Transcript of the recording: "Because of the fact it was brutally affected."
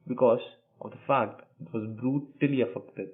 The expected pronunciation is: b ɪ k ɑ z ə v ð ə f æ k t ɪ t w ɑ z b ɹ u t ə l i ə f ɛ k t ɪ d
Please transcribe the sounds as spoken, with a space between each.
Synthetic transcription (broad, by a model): b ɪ k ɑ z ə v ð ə f æ k t ɪ t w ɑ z b ɹ u t ə l i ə f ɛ k t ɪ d